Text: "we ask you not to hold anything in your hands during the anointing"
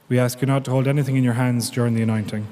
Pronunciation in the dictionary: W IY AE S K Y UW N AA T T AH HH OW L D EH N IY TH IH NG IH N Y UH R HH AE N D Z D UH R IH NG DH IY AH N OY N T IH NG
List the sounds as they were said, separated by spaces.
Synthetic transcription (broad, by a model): W IY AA S K Y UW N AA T T AH HH OW L D EH N IY TH IH NG IH N Y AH R HH AE N D Z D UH R IH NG DH IY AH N OY N T IH NG